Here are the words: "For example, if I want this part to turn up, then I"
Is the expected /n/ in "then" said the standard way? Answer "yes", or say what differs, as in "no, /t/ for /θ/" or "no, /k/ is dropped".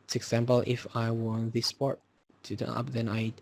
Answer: yes